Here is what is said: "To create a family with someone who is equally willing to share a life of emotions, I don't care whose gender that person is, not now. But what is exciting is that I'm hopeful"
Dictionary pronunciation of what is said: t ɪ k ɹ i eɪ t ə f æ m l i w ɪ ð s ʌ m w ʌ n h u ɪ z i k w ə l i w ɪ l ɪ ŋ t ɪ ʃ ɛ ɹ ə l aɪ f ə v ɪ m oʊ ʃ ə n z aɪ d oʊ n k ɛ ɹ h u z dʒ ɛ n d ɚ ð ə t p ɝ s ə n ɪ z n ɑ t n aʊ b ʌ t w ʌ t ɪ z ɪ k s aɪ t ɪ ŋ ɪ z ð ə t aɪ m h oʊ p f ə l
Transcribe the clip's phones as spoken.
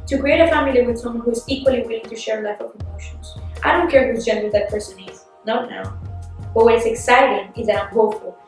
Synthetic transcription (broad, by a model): t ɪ k ɹ i eɪ t ə f æ m l i w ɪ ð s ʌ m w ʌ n h u ɪ z i k w ə l i w ɪ l ɪ ŋ t ɪ ʃ ɛ ɹ ə l aɪ f ə v ɪ m oʊ ʃ ə n z aɪ d oʊ n k ɛ ɹ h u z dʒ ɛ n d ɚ ð ə t p ɝ s ə n ɪ z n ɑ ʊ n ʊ b ʌ t w ʌ t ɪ s ɪ k s aɪ t ɪ ŋ ɪ z ð ə t aɪ m h oʊ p f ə l